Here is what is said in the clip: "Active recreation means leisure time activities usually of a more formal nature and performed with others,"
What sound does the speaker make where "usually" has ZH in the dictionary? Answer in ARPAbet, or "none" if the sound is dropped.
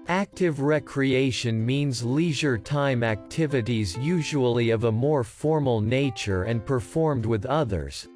ZH